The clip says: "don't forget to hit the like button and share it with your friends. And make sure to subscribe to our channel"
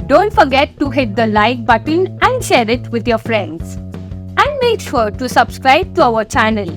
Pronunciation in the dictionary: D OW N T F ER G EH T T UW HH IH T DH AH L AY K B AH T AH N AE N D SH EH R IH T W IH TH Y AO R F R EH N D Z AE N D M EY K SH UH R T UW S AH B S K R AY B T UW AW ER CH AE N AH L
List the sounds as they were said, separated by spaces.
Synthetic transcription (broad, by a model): D OW N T F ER G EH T T UW HH IH T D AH L AY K B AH T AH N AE N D SH EH R IH T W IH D Y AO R F R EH N D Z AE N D M EY K SH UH R T UW S AH B S K R AY B T UW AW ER CH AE N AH L